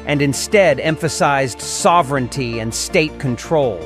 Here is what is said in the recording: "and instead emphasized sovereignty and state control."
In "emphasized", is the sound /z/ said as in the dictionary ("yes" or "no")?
yes